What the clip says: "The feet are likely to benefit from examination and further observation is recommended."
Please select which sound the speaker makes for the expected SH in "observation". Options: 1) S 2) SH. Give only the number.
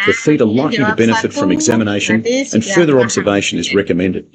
2